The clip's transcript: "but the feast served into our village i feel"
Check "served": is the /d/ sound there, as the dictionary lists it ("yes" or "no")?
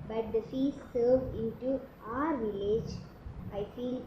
no